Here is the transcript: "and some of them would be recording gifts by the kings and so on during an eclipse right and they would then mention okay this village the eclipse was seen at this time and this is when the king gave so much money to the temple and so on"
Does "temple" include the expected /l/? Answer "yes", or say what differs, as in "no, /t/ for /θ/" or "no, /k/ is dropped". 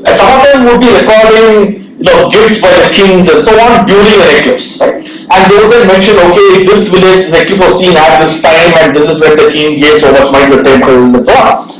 no, /n/ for /l/